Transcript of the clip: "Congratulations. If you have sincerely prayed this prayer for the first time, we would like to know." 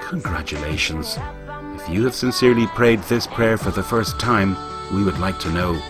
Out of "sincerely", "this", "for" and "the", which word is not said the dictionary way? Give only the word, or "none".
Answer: none